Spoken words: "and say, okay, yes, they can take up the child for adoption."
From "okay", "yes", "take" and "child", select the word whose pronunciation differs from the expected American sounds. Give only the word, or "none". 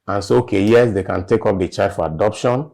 child